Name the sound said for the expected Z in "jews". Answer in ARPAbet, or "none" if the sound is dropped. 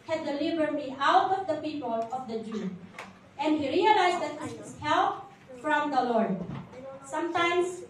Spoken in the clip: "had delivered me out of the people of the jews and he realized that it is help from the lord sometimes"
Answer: none